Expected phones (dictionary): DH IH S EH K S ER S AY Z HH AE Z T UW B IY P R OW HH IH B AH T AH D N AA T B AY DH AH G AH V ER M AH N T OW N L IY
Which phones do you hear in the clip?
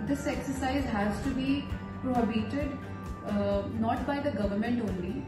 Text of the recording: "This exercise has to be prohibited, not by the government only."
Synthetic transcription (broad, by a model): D IH S EH K S ER S AY Z HH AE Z T UW B IY P R OW HH IH B AH T AH D N AA T B AY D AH G AH V ER M AH N T OW N L IY